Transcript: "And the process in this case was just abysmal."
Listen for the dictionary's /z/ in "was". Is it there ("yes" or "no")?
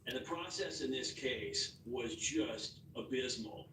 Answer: yes